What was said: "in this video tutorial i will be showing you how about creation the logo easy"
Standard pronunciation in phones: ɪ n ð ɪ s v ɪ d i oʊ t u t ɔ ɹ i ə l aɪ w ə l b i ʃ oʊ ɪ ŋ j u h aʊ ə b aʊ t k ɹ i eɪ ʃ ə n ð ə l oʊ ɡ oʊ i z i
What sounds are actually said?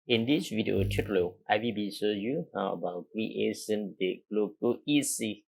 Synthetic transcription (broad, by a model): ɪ n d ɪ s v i d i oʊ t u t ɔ l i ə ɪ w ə b i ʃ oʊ j u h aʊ ə b aʊ t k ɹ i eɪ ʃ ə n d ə l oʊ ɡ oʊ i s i